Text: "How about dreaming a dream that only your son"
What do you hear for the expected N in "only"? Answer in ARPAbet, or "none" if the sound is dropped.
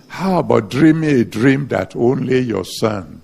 N